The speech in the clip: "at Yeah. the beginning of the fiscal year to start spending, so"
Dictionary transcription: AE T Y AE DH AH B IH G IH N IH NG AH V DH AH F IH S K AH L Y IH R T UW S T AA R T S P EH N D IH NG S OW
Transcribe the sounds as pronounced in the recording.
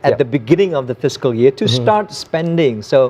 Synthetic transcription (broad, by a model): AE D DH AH B IH G IH N IH NG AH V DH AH F IH S K AH L Y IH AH T UW S T AA T S P EH N D IH NG S OW